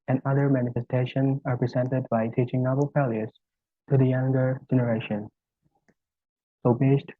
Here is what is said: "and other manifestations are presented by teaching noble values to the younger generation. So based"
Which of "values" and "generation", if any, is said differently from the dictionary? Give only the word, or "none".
values